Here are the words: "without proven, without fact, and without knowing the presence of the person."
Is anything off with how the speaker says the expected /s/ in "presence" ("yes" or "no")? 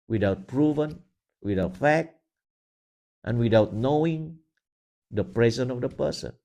yes